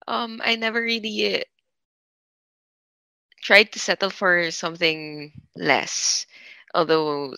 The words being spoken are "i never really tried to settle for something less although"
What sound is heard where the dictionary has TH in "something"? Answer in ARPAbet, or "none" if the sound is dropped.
TH